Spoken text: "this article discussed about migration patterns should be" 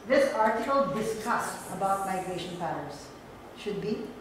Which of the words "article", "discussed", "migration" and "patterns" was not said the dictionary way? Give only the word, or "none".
patterns